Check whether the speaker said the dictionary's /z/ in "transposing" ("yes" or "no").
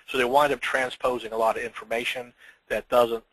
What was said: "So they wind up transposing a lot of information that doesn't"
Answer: yes